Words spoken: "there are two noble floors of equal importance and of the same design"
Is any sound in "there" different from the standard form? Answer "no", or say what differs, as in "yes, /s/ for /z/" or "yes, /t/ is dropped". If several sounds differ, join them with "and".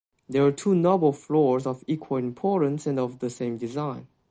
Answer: yes, /w/ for /ɹ/